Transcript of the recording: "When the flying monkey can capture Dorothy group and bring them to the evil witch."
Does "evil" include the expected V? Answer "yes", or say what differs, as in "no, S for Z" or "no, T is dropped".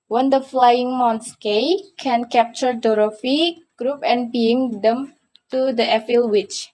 no, F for V